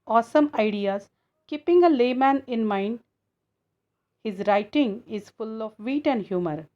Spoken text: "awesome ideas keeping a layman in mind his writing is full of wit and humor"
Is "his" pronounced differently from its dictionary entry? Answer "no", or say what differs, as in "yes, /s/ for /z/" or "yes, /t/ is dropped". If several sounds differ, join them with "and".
no